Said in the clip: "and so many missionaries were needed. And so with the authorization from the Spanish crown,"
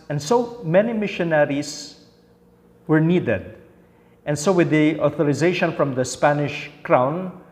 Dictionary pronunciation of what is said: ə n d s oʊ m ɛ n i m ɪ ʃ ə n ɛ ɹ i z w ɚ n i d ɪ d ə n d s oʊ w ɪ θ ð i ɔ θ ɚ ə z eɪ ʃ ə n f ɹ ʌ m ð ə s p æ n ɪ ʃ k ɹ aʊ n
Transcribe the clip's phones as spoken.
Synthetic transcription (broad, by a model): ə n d s oʊ m ɛ n i m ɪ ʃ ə n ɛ ɹ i s w ɚ n i d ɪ d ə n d s oʊ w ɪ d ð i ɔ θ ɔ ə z eɪ ʃ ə n f ɹ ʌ m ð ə s p æ n ɪ ʃ k ɹ aʊ n